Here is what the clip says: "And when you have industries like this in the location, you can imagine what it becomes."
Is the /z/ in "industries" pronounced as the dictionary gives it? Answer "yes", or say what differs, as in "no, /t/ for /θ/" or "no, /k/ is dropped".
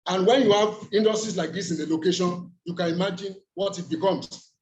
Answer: no, /s/ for /z/